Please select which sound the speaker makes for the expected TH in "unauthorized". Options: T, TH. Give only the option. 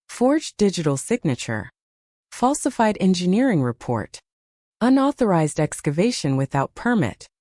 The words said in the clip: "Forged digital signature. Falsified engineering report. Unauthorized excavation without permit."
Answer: TH